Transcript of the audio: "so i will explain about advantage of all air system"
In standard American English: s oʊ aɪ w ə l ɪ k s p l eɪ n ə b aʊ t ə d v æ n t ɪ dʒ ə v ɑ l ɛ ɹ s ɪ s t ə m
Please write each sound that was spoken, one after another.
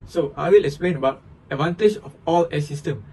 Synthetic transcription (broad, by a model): s oʊ aɪ w ə l ɪ k s p l eɪ n ə b aʊ t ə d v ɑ n t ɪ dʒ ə f ɑ l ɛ s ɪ s t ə m